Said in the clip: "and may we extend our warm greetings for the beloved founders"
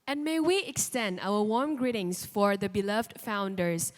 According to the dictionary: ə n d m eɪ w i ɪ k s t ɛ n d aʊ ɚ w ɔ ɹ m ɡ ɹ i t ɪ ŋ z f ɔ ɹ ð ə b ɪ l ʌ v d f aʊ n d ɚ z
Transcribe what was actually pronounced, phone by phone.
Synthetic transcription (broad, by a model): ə n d m eɪ w i ɪ k s t ɛ n d aʊ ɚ w ɔ ɹ m ɡ ɹ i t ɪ ŋ s f ɔ ɹ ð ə b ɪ l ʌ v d f aʊ n d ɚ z